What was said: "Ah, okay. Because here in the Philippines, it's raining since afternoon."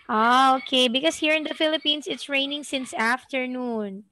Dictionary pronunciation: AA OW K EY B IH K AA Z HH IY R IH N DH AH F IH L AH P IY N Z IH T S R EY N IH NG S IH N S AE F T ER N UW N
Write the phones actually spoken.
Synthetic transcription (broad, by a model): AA OW K EY B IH K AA S HH IY R IH N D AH F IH L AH P IY N S IH T S R EY N IH NG S IH N S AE F T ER N UW N